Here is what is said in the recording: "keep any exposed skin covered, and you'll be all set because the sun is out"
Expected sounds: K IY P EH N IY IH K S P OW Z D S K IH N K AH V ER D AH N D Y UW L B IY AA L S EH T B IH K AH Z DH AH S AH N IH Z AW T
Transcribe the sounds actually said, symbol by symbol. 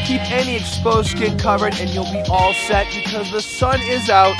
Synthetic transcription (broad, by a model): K IY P EH N IY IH K S P OW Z S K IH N K AH V ER D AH N Y UW L B IY AA L S EH T B IH K AH Z DH AH S AH N IH Z AW T